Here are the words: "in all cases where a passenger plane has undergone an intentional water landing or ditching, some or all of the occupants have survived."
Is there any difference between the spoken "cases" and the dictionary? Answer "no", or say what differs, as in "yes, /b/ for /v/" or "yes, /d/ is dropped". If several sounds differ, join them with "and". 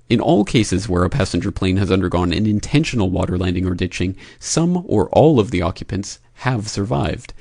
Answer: no